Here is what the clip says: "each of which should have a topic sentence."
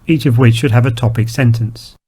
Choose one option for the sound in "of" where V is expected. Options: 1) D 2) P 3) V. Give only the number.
3